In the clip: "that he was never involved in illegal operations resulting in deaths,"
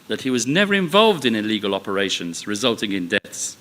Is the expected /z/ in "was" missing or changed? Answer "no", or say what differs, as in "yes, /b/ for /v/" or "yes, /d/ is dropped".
no